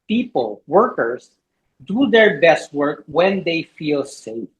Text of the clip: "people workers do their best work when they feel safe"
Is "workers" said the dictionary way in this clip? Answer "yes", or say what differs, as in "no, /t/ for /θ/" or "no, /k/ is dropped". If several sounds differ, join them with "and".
no, /s/ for /z/